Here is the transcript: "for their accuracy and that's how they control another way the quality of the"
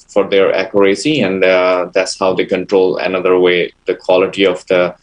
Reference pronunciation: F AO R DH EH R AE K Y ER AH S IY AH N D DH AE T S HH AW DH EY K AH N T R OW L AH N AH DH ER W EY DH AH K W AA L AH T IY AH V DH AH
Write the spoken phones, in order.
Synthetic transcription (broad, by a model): F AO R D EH R AE K Y ER AH S IY AH N D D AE T S HH AW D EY K AH N T R OW L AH N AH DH ER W EY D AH K W AA L AH T IY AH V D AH